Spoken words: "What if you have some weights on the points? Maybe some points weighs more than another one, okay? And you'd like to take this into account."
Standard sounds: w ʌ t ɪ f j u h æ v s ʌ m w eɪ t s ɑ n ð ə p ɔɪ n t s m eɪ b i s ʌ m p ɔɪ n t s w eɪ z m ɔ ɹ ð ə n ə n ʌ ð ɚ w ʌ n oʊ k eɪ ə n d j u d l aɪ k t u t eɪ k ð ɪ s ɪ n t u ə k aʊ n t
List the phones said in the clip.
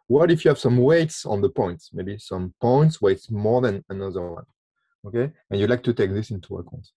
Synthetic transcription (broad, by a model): w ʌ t ɪ f j u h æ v s ʌ m w eɪ t s ɑ n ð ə p ɔɪ n t s m eɪ b i s ʌ m p ɔɪ n t s w eɪ s m ɔ ɹ ð ə n ə n ʌ ð ɚ w ʌ n oʊ k eɪ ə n j u d l aɪ k t u t eɪ k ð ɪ s ɪ n t u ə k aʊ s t